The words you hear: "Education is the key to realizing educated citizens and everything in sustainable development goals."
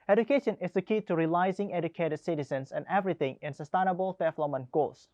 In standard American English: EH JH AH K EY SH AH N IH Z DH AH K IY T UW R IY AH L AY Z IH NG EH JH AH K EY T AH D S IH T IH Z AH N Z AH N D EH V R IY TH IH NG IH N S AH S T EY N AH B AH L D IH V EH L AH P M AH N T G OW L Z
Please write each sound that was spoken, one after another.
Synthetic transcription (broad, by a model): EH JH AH K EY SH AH N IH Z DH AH K IY T UW R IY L AY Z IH NG EH JH AH K EY T AH D S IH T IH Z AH N S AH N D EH V R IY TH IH NG IH N S AH S T EY N AH B AH L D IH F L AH M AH N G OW L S